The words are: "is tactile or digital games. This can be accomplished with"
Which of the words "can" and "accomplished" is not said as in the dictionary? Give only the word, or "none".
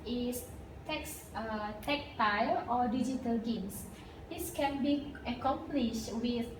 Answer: none